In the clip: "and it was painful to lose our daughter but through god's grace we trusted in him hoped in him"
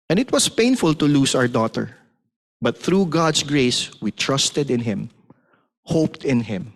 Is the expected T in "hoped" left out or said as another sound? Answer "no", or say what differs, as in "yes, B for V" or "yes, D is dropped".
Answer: no